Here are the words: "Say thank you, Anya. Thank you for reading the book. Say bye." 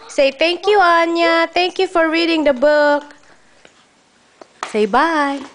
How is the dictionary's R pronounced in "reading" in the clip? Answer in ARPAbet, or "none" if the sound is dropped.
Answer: R